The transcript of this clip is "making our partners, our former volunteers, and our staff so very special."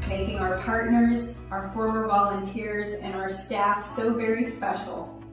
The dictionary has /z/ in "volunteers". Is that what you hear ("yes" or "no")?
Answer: yes